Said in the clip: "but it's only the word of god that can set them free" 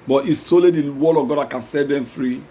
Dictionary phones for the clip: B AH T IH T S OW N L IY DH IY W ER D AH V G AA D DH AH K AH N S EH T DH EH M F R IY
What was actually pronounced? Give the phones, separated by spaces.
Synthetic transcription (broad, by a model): B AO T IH S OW L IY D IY W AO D AH V G AA D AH K AH N S EH T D EH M F R IY